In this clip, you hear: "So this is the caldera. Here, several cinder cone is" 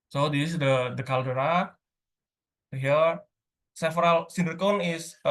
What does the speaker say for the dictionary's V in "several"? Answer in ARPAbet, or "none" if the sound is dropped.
F